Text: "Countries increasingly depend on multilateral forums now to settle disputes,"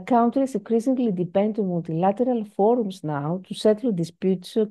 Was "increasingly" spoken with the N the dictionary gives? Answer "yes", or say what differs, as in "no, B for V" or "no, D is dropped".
no, N is dropped